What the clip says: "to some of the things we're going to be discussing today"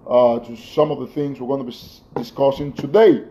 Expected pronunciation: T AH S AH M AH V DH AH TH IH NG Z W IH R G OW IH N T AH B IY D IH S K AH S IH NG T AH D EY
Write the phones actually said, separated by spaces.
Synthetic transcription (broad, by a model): T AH S AH M AH V DH AH TH IH NG Z W IH R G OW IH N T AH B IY D IH S K AH S IH NG T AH D EY